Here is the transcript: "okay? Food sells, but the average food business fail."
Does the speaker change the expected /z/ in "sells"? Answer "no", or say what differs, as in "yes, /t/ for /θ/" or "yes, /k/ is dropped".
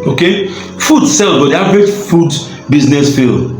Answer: yes, /z/ is dropped